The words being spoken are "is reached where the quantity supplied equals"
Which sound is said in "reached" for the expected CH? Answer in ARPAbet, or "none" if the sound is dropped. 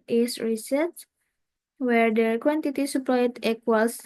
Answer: S